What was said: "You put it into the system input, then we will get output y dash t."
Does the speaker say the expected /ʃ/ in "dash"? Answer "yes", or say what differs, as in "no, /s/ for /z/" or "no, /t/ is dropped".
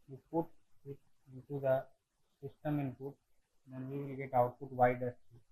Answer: no, /s/ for /ʃ/